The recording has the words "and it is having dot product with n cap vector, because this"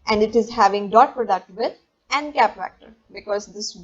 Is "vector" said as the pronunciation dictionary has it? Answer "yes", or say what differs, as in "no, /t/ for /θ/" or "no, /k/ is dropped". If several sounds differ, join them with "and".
no, /f/ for /v/